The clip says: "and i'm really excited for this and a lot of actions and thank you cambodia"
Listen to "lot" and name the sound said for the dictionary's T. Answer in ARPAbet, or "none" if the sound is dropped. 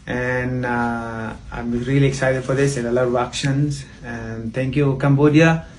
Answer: none